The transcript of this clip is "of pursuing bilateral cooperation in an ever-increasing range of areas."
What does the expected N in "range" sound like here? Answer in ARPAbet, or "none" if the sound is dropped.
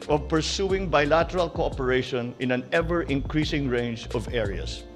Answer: N